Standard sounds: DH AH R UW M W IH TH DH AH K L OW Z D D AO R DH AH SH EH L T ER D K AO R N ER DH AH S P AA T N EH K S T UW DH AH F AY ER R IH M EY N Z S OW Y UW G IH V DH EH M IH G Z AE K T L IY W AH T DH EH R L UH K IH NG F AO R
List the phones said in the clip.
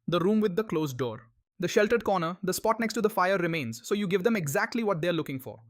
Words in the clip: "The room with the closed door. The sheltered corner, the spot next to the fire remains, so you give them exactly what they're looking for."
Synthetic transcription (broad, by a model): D AH R UW M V IH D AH K L OW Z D D AO R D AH SH EH L T ER D K AO R N ER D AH S P AA T N EH K S T UW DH AH F AY ER R IH M EY N Z S OW Y UW G IH V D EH M IH G Z AE K T L IY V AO T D EH R L UH K IH NG F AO R